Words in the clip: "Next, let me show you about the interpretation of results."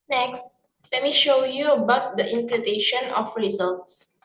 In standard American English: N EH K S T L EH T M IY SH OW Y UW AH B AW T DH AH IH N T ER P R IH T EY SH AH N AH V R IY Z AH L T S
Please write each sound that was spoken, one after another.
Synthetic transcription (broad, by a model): N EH K S T L EH T M IY SH OW Y UW AH B AW T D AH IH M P L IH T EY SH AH N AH F R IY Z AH L T S